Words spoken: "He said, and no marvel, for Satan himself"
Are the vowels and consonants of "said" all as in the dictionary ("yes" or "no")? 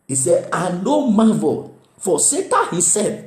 no